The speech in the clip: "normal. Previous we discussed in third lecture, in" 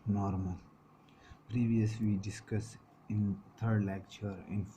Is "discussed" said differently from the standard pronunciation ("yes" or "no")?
yes